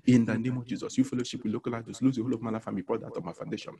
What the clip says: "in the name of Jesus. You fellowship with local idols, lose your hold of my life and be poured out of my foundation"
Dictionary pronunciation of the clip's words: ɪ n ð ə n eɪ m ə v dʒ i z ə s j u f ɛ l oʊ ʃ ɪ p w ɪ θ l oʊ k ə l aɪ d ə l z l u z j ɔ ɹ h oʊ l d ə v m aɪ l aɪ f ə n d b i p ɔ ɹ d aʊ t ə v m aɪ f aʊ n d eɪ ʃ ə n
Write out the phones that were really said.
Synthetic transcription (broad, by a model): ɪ n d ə n eɪ m ə v dʒ i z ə s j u f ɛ l oʊ ʃ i p w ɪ l oʊ k ə l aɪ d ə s l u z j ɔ h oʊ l ə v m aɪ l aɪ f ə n b i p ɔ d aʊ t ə m aɪ f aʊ n d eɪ ʃ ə n